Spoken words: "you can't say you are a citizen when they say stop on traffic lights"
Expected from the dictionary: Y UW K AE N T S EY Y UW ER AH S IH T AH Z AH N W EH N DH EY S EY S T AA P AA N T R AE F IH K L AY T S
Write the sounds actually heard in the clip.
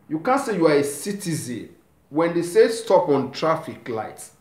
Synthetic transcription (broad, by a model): Y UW K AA N S EY Y UW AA AH S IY T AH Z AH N W EH N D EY S EY S T AA P AA N T R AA F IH K L AY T